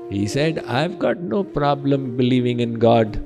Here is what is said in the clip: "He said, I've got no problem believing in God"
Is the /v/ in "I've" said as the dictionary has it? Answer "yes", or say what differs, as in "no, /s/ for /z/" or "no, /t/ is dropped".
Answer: yes